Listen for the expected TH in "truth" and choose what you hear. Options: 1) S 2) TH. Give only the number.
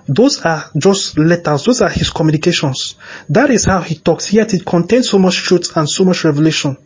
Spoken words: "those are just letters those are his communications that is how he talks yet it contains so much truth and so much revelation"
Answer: 1